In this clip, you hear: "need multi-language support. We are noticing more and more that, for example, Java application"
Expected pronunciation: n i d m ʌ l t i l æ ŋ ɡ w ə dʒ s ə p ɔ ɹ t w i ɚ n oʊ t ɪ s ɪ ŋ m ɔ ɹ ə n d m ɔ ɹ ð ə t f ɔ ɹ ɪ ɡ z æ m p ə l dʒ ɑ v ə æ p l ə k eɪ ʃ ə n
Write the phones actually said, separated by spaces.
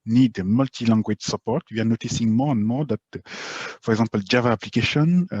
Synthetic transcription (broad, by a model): n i d m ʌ l t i l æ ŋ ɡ w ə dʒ s ə p ɔ ɹ t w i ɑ n oʊ t ɪ s ɪ ŋ m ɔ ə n m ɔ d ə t p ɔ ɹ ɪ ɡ z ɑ p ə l dʒ ɑ v ə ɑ p l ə k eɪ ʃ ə n